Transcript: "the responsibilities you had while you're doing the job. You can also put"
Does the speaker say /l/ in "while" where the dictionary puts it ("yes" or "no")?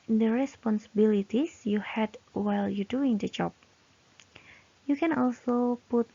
yes